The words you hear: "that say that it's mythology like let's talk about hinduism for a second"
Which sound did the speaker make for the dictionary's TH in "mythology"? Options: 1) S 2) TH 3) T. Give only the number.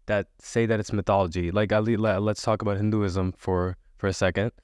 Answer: 2